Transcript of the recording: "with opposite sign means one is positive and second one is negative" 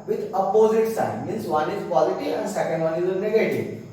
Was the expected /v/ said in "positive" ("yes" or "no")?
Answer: no